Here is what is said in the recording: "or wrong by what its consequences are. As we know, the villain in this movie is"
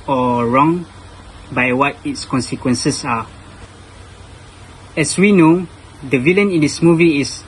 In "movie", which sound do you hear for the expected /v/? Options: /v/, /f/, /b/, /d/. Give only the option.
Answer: /v/